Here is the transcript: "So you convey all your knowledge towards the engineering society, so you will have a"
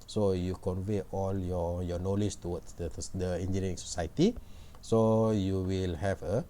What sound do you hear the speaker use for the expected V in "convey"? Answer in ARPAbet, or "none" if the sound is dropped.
V